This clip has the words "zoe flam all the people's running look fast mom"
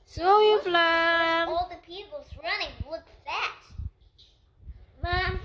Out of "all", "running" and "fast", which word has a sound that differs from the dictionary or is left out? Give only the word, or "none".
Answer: fast